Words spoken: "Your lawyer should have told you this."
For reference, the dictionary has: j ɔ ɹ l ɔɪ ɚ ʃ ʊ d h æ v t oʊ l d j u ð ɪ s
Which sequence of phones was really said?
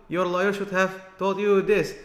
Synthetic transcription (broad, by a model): j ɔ ɹ l ɔɪ ɚ ʃ ʊ d h æ v t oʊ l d j u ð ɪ s